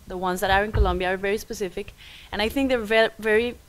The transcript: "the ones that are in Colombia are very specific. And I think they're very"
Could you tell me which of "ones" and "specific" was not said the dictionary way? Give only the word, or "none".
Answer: none